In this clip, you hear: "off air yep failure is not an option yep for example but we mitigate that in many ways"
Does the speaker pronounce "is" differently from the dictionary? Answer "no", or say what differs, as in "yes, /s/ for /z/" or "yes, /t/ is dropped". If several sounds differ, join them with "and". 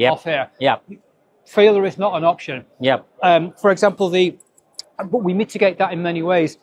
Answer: no